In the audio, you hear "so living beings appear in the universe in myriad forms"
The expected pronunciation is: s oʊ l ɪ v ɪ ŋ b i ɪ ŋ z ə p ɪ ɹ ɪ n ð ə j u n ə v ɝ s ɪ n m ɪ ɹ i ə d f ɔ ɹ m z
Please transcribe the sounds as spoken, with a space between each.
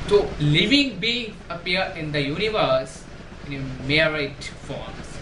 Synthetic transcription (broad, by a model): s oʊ l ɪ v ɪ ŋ b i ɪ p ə ʌ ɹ ɪ n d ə j u n ə v ɝ s ɪ n m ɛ ɹ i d f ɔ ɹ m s